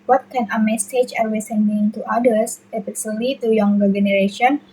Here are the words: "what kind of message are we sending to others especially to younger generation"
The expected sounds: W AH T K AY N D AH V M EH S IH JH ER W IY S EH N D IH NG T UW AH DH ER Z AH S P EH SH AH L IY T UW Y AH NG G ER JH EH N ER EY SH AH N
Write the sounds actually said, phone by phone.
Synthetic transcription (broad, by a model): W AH T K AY N AH M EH S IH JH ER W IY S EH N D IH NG T UW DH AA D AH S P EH S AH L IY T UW Y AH NG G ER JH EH N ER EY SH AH N